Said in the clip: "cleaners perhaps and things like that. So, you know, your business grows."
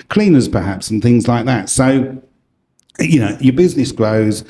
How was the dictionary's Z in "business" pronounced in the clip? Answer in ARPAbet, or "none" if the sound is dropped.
Z